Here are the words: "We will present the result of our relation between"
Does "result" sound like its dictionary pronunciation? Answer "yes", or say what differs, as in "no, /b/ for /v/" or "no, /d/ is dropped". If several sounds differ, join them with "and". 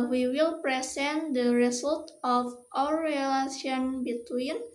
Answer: no, /s/ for /z/